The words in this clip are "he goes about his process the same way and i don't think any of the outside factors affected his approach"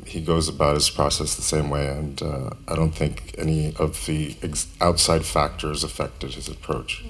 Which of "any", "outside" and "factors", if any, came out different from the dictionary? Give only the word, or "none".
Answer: none